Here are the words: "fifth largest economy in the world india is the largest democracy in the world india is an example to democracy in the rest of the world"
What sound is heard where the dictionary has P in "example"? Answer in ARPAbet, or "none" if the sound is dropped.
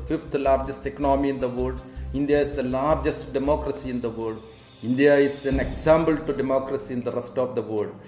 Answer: B